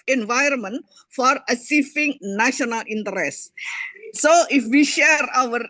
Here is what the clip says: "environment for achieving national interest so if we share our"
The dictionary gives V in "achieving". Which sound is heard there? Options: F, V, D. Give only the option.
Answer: F